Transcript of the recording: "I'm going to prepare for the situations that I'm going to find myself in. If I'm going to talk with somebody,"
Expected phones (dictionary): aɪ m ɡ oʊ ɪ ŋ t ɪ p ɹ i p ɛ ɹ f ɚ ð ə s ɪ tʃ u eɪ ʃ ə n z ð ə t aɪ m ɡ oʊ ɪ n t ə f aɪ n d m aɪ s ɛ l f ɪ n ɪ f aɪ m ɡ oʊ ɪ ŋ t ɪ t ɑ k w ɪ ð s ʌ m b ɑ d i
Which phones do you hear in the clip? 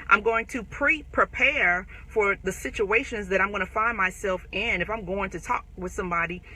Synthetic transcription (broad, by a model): aɪ m ɡ oʊ ɪ ŋ t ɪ p ɹ i p ɛ ɹ f ɚ ð ə s ɪ tʃ u eɪ ʃ ə n z ð ə t aɪ m ɡ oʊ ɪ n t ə f aɪ n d m aɪ s ɛ l f ɪ n ɪ f aɪ m ɡ oʊ ɪ ŋ t ɪ t ɑ k w ɪ ð s ʌ m b ɑ d i